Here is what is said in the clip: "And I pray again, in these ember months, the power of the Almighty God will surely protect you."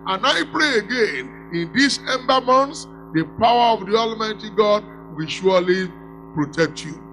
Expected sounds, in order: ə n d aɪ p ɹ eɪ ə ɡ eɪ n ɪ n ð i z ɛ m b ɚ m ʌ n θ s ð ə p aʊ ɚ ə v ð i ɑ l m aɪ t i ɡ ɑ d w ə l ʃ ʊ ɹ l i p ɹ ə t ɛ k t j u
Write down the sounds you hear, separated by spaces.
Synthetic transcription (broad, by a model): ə n aɪ p ɹ eɪ ə ɡ eɪ n ɪ n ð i s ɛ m b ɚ m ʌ n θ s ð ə p aʊ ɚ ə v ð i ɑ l m aɪ t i ɡ ɑ d w ə l ʃ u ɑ l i p ɹ ə t ɛ k t j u